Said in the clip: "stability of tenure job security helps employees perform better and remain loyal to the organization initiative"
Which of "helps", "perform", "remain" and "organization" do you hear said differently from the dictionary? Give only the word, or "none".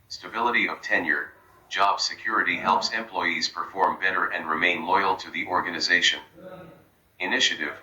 none